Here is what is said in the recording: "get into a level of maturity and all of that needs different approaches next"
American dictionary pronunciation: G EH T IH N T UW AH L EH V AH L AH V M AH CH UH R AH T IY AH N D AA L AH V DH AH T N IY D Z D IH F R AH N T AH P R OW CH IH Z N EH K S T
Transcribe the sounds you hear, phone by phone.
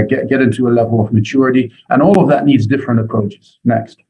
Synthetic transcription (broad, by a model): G EH T IH N T UW AH L EH V AH L AH V M AH CH UH R AH T IY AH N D AA L AH V DH AH T N IY D Z D IH F R AH N T AH P R OW CH IH Z N EH K S T